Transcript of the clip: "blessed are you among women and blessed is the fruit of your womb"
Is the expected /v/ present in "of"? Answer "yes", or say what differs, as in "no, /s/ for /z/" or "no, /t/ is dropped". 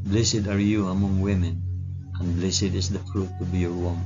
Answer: no, /b/ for /v/